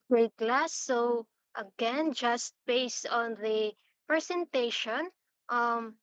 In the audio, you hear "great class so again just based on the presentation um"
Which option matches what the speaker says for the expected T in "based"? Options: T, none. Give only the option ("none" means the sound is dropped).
T